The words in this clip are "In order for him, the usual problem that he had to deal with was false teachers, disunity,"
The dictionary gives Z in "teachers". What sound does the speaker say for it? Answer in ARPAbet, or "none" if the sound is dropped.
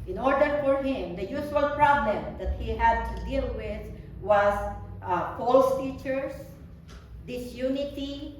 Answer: S